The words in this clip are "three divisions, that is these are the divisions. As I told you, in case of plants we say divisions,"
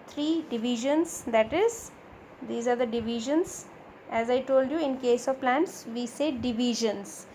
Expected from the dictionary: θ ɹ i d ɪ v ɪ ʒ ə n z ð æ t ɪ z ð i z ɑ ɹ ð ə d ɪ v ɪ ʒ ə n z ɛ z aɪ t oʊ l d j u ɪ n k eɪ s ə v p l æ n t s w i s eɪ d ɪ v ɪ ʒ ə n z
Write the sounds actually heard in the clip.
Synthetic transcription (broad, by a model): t ɹ i d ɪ v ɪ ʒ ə n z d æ t ɪ z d i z ɑ ɹ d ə d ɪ v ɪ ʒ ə n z ɛ z aɪ t oʊ l d j u ɪ n k eɪ s ə v p l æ n t s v i s eɪ d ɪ v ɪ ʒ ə n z